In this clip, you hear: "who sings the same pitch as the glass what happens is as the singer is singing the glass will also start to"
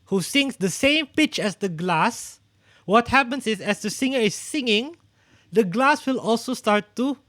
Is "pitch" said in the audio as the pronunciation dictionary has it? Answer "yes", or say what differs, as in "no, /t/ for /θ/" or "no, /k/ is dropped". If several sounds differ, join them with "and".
yes